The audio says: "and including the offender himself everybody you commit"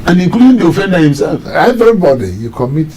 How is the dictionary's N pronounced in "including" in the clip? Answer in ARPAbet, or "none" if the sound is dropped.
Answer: none